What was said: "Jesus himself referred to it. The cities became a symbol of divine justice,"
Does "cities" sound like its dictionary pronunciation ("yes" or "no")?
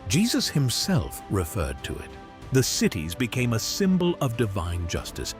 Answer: yes